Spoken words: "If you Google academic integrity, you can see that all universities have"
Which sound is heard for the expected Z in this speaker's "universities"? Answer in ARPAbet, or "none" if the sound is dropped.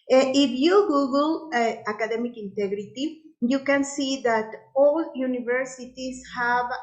S